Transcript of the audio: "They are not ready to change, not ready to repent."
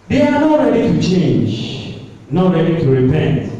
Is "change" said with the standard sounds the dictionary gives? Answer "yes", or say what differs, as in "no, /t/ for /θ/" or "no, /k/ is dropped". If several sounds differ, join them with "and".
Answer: yes